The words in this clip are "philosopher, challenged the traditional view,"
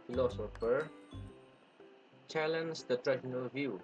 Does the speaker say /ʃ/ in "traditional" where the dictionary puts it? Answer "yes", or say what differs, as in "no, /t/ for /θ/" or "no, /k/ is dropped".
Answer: no, /ʃ/ is dropped